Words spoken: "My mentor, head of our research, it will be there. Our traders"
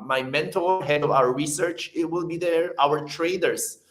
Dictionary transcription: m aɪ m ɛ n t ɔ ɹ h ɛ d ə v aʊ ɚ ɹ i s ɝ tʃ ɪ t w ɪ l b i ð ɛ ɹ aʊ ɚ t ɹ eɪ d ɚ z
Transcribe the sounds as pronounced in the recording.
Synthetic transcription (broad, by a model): m aɪ m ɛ n t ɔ l h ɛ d ə v aʊ ɚ ɹ i s ɝ tʃ ɪ t w ɪ l b i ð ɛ ɹ aʊ ɚ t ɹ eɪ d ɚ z